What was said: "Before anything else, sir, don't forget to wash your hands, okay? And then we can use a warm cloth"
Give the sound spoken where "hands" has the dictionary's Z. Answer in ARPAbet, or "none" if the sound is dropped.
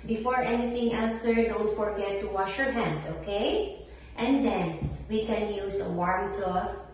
S